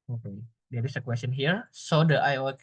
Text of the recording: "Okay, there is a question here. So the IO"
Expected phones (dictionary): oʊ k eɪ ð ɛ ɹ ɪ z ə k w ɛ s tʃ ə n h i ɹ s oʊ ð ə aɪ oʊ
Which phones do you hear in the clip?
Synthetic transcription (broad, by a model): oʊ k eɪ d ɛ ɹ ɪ s ə k w ɛ s tʃ ə n h i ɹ s oʊ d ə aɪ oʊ